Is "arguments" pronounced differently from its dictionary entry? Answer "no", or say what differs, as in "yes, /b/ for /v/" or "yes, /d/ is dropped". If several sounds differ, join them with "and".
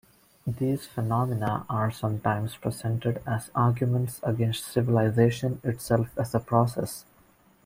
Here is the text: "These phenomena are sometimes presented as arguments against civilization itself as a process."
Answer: no